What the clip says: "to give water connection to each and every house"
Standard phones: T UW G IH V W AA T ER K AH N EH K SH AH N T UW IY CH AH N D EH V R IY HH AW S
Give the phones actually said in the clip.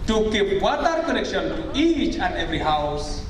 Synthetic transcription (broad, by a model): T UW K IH P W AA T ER K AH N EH K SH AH N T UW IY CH AH N D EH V R IY HH AW S